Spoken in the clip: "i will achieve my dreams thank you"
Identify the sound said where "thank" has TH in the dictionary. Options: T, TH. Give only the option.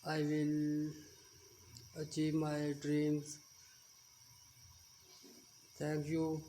T